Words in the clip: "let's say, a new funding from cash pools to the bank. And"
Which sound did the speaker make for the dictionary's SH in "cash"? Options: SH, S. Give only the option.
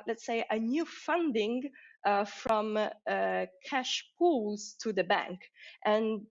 SH